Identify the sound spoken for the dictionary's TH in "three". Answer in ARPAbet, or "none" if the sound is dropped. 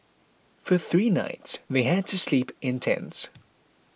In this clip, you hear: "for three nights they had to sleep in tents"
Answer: TH